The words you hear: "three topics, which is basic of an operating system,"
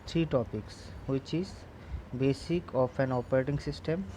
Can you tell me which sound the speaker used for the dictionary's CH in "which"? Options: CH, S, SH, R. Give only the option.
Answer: CH